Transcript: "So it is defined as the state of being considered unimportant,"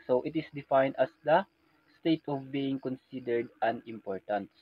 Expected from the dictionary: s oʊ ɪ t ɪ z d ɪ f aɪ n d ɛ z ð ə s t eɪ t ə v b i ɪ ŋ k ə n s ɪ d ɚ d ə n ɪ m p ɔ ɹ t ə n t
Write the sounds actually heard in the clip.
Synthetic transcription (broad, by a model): s oʊ ɪ t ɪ s d ɪ f aɪ n d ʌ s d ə s t eɪ t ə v b i ɪ ŋ k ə n s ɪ d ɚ d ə n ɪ m p ɔ ɹ t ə n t